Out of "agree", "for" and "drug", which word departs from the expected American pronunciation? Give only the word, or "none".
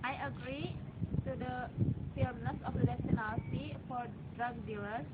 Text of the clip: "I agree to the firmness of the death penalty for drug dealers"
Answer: none